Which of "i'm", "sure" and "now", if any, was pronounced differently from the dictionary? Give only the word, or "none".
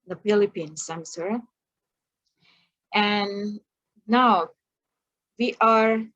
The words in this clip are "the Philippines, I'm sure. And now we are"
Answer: sure